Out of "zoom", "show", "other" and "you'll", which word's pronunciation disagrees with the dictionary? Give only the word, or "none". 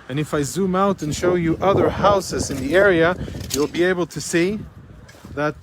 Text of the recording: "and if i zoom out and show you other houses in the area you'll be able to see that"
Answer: none